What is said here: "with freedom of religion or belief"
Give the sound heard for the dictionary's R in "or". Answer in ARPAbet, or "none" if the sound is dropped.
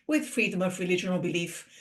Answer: L